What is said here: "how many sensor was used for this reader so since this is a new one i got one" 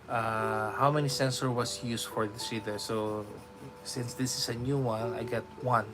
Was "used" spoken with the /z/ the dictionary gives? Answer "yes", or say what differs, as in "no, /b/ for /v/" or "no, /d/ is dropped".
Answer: no, /s/ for /z/